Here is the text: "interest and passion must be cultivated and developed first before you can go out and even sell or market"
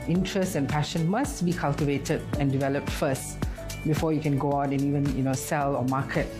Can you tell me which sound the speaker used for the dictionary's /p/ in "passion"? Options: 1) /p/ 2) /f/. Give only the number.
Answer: 1